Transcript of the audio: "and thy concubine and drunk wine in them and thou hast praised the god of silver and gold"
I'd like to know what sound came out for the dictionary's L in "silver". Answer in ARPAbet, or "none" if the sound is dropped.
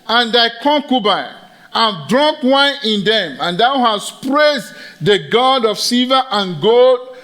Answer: none